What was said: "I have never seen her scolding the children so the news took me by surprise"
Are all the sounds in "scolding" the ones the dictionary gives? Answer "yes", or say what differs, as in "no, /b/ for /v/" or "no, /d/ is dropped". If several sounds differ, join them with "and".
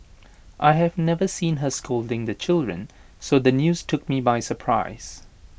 yes